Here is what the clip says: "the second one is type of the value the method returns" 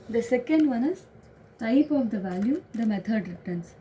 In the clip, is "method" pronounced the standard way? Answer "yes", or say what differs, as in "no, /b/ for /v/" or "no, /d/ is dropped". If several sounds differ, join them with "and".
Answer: no, /t/ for /θ/